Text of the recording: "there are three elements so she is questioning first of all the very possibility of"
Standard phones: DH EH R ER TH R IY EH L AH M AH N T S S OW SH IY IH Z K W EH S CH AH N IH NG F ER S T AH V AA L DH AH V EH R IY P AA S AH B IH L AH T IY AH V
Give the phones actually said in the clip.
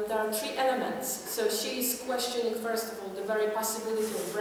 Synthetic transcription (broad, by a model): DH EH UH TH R IY EH L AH M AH N T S S OW SH IY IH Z K W EH S CH AH N IH NG F ER S T AH V AA L DH AH V EH R IY P AA S AH B IH L AH T IY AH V